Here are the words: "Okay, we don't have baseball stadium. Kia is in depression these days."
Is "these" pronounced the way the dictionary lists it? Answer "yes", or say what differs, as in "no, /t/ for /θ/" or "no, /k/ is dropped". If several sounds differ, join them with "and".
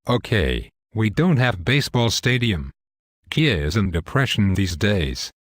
yes